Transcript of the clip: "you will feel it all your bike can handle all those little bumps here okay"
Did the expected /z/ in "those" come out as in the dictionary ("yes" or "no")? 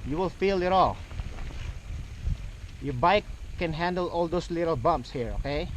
no